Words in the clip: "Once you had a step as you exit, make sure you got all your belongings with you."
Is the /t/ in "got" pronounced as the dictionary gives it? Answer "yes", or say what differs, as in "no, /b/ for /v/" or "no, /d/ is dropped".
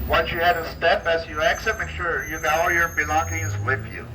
no, /t/ is dropped